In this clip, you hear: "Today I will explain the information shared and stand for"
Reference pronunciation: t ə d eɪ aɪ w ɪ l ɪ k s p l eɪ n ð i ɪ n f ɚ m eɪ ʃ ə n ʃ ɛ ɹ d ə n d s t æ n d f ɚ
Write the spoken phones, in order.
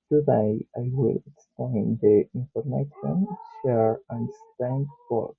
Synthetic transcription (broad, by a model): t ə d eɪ aɪ w ɪ l ɪ k s p l eɪ n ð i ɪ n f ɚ m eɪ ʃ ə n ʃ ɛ ɹ ə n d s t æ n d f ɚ